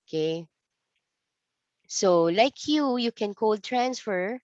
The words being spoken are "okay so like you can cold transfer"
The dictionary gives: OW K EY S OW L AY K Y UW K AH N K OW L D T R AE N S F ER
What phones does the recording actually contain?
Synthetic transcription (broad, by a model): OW K EY S OW L AY K Y UW K AH N K OW L D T R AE N S F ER